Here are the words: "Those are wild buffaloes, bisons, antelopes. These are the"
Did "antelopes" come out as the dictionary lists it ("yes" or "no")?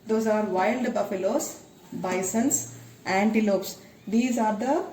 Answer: yes